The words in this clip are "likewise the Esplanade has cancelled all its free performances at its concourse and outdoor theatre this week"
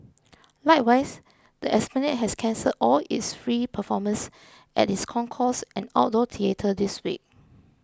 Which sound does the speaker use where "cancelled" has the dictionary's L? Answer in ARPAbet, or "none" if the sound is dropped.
none